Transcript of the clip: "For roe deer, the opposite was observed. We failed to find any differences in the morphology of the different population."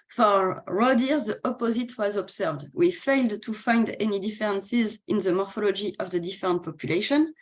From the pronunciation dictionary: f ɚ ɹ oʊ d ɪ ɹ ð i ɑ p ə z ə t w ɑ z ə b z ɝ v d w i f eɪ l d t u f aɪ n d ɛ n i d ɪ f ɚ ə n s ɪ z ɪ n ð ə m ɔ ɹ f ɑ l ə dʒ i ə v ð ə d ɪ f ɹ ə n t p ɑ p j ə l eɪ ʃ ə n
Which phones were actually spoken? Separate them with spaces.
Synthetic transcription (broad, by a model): f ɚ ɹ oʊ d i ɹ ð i ɑ p ə z ə t w ɑ z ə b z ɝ v d w i f eɪ l d t u f aɪ n d ɛ n i d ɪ f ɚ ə n s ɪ z ɪ n ð ə m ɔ ɹ f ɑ l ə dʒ i ə v ð ə d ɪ f ɹ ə n t p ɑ p j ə l eɪ ʃ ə n